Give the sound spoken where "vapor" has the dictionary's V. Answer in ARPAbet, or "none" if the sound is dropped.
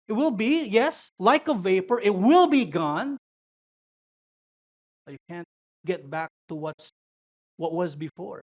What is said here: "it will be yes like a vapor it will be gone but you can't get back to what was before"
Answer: V